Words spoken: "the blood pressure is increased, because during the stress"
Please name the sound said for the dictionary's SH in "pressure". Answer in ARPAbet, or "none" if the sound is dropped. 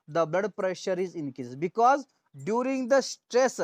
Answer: SH